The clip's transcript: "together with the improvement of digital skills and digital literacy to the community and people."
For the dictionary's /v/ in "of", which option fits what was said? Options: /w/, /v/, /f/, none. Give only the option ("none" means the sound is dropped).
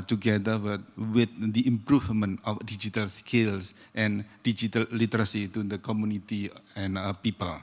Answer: /f/